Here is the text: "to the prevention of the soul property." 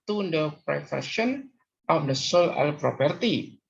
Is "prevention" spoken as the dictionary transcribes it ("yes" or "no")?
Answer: no